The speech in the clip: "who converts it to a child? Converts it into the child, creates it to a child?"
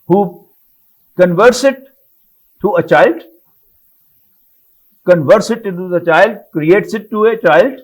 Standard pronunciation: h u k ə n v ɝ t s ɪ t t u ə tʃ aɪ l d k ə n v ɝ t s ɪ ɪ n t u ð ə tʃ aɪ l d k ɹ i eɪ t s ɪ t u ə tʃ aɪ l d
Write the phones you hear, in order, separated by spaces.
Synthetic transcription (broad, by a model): h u k ə n v ɝ t s ɪ t t u ə tʃ aɪ l d k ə n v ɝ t s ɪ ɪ t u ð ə tʃ aɪ l d k ɹ i eɪ t s ɪ t u ə tʃ aɪ l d